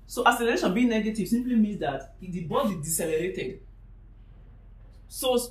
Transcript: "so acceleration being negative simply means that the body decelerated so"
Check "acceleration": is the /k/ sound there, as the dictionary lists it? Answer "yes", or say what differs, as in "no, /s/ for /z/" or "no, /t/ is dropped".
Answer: no, /k/ is dropped